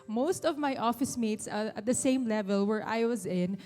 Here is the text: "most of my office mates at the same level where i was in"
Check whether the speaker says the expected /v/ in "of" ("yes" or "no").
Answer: yes